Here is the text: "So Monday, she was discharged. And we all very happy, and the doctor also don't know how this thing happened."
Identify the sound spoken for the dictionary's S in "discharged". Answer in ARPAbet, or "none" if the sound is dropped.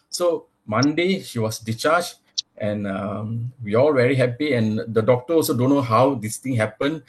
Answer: none